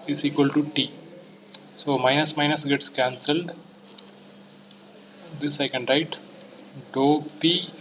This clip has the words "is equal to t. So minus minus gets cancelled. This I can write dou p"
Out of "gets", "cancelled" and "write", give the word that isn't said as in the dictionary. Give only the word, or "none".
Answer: none